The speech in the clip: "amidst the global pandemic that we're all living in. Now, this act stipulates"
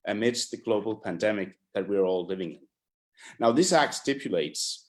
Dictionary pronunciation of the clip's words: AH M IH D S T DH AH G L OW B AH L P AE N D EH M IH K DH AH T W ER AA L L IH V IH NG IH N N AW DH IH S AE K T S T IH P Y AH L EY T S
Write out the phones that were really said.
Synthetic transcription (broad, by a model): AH M IH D S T DH AH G L OW B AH L P AE N D EH M IH K DH AH T W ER AA L L IH V IH NG IH N N AW DH IH S AE K T S T IH P Y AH L EY T S